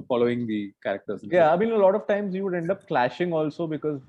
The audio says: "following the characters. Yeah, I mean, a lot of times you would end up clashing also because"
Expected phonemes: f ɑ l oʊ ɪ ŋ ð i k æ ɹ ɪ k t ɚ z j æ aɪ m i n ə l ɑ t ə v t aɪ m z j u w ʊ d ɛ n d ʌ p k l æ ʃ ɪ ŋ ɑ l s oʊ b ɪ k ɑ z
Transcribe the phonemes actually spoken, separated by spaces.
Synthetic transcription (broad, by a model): f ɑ l oʊ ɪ ŋ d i k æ ɹ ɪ k t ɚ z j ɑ aɪ m i n ə l ɑ t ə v t aɪ m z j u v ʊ d ɛ n d ʌ p k l æ ʃ ɪ ŋ ɑ l s oʊ b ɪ k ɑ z